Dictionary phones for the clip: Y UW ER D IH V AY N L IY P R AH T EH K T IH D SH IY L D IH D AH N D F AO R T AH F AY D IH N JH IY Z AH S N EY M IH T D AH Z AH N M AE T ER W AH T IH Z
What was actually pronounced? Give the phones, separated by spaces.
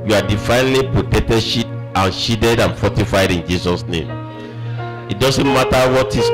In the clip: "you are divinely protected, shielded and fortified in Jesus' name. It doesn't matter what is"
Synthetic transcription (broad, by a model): Y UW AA D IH F AY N L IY P R AH T EH K T IH D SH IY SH D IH D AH N F AO T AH F AY D IH N JH IY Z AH S N EY M IH T D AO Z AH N M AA T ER W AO T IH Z